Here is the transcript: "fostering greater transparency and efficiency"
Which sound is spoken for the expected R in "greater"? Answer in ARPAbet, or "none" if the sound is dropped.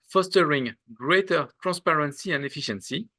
R